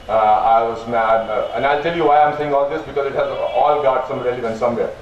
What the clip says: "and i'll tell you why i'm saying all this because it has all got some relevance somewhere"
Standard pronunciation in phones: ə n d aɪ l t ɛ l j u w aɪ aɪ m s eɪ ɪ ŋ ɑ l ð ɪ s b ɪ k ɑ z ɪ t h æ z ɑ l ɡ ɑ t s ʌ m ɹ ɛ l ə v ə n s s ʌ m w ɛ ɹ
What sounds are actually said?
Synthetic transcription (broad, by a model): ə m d aɪ l t ɛ l j u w aɪ aɪ m s eɪ ɪ ŋ ɑ l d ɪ s b ɪ k ɑ z ɪ t h æ z ɑ l ɡ ɑ t s ʌ m ɹ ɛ l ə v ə n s s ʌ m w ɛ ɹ